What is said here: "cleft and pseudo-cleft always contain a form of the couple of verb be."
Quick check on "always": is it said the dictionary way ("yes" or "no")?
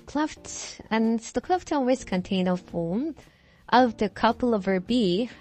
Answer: no